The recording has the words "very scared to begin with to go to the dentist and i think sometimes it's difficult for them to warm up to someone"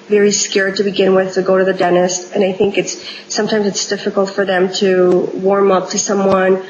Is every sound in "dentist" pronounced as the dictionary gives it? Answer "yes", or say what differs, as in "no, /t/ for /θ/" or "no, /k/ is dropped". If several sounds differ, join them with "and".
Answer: yes